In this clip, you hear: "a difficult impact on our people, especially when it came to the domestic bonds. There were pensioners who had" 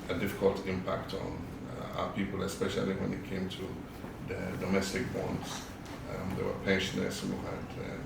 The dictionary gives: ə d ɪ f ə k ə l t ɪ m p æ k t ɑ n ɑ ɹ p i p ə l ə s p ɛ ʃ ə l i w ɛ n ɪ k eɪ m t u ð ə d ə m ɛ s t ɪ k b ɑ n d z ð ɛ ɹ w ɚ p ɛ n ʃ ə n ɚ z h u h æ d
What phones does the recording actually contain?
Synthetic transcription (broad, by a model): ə d ɪ f ə k ə l t ɪ m p æ k t ɑ n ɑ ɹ p i p ə l ə s p ɛ ʃ ə l i w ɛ n ɪ k eɪ m t u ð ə d ə m ɛ s t ɪ k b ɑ n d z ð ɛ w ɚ p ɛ n ʃ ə n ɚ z h u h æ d